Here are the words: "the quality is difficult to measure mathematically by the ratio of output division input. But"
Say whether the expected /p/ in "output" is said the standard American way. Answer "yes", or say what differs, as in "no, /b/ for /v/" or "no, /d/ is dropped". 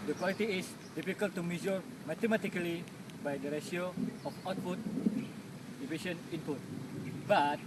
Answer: no, /f/ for /p/